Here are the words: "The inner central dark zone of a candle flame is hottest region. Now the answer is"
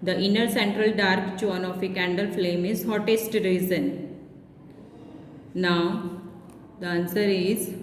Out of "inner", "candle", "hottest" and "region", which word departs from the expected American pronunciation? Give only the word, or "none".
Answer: region